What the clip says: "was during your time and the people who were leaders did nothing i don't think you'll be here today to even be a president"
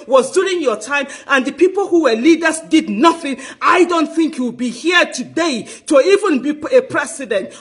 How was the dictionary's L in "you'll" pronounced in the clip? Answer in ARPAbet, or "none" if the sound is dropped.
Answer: W